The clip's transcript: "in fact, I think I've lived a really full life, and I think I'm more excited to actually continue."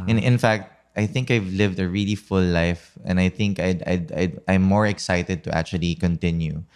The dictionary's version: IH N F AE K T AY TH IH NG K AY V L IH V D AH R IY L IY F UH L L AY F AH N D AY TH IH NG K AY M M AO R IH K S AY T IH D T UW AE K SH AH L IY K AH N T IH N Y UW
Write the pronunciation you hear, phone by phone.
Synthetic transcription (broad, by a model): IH N F AE K T AY TH IH NG K AY V L IH V D AH R IY L IY F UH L L AY F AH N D AY TH IH NG K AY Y M AO R IH K S AY T IH D T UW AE K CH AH L IY K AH N T IH N Y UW